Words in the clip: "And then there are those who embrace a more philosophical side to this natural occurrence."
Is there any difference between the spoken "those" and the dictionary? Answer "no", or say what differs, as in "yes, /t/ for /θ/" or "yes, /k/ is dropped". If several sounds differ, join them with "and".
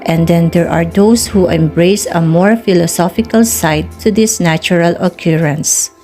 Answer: yes, /s/ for /z/